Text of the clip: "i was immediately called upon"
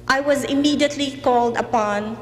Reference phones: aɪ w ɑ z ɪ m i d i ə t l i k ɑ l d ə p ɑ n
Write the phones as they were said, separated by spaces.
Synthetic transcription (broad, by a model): aɪ w ɑ z ɪ m i d i ə t l i k ɑ l d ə p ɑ n